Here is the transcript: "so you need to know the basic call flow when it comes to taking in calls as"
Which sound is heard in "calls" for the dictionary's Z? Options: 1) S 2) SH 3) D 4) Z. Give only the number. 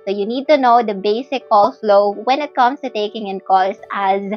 1